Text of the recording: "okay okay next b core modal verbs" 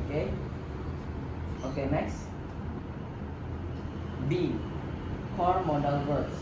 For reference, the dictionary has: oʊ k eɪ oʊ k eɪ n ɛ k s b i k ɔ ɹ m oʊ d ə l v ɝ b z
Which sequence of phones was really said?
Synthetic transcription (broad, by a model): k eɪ oʊ k eɪ n ɛ k s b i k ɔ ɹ m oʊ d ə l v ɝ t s